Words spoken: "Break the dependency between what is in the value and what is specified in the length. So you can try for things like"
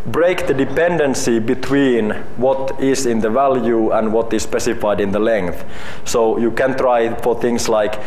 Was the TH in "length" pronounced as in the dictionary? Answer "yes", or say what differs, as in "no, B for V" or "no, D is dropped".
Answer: yes